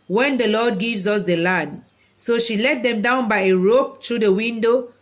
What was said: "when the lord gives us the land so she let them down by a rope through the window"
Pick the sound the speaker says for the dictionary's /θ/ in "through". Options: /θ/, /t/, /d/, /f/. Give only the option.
/t/